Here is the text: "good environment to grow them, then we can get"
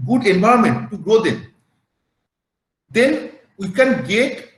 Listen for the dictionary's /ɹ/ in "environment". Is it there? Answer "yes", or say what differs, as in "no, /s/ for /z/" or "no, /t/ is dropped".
no, /ɹ/ is dropped